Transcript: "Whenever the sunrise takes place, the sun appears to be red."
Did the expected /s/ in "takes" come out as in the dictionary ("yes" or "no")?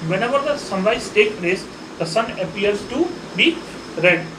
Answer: no